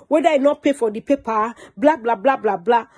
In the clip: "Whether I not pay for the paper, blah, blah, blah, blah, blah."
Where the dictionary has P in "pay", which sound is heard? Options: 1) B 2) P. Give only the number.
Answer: 2